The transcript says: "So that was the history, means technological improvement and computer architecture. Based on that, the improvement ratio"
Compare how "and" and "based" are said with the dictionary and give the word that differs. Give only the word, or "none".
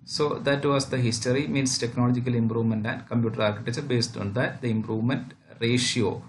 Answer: none